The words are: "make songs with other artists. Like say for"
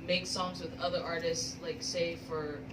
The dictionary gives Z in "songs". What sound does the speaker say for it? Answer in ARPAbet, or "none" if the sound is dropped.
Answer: Z